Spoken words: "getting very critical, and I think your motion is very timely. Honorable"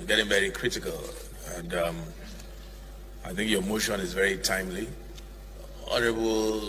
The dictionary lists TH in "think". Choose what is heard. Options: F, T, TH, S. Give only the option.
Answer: TH